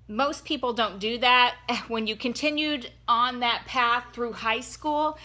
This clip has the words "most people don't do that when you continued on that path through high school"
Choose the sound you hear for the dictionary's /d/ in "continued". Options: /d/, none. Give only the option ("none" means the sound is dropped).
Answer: /d/